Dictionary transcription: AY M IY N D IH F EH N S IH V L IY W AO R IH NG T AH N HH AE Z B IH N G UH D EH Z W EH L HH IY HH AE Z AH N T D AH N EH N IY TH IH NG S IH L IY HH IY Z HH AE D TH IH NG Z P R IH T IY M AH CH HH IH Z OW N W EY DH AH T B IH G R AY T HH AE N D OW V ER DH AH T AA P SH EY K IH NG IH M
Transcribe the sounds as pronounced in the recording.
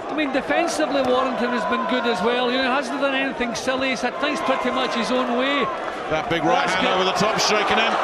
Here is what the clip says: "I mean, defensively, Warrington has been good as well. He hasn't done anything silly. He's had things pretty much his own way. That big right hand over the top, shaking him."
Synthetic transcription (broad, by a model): AY M IY N D IH F EH N S IH V L IY W AO R IH NG T AH N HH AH Z B IH N G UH D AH Z W EH L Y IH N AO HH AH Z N D AH N EH N IY TH IH NG S IH L IY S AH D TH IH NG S P R IH T IY M AH CH HH IH Z OW N W EY DH AH T B IH G R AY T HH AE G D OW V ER DH AH T AA P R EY K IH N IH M